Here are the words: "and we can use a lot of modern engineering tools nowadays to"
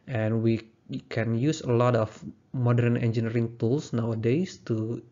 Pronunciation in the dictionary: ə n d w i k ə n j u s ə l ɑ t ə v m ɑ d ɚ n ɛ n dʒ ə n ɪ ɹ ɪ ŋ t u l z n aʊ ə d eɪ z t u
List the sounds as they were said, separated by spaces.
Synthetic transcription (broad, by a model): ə n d w i k ə n j u s ə l ɑ t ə f m ɑ d ɚ n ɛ n dʒ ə n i ɹ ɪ ŋ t u l s n aʊ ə d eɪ s t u